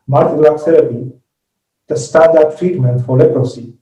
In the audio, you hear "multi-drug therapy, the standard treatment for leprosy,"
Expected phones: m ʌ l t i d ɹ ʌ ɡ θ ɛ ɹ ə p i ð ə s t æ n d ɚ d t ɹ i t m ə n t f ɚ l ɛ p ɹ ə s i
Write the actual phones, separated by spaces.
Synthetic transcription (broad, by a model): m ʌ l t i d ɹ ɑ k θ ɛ ɹ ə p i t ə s t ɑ d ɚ t ɹ i t m ə n t f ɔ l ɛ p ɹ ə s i